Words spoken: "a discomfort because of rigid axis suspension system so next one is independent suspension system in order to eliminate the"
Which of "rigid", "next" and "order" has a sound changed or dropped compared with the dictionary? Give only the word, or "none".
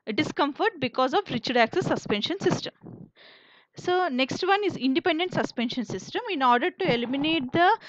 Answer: rigid